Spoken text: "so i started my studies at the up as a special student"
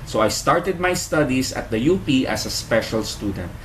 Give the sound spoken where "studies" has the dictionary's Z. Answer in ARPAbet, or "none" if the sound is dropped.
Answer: S